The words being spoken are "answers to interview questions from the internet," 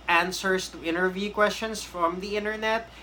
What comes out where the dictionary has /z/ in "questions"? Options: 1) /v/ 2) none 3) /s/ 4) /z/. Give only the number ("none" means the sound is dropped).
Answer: 3